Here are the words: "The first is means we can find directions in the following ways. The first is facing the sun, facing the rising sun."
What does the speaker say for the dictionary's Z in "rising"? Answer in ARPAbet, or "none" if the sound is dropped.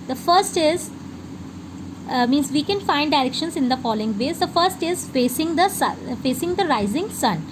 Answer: Z